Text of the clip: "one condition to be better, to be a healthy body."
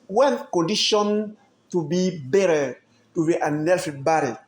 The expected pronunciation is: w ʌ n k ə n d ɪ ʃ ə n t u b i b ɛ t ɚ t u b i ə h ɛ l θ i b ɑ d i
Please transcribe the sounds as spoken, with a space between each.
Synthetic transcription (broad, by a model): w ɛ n k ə n d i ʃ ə n t u b i b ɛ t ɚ t u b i ə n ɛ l f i b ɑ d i